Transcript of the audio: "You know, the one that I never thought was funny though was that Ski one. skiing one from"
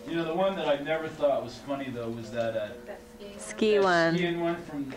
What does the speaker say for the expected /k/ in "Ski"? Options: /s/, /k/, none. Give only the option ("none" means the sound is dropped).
/k/